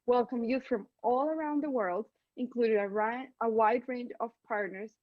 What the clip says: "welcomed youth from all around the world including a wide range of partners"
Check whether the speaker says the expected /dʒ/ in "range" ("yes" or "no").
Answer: yes